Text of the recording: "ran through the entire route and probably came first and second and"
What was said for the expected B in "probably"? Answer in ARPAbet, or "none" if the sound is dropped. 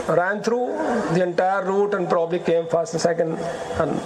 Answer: B